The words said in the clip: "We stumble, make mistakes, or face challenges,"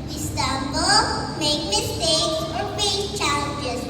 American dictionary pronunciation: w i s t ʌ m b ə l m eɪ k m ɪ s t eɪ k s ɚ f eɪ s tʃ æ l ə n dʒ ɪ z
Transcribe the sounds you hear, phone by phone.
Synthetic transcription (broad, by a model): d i s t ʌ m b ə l m eɪ k m ɪ s t eɪ k s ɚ p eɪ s tʃ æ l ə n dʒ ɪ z